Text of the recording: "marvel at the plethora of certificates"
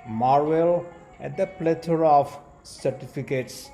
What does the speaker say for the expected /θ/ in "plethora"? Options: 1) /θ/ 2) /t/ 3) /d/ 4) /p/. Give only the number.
2